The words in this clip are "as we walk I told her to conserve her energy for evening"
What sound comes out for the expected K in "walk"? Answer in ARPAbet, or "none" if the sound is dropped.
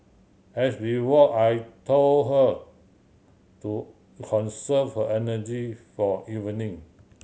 none